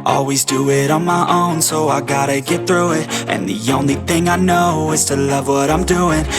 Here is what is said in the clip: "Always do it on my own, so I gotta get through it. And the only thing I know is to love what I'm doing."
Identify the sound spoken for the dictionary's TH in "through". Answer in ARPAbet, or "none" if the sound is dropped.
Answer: TH